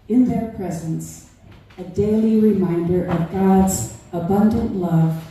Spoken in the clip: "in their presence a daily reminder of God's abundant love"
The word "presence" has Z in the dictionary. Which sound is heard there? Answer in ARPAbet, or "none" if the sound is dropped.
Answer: Z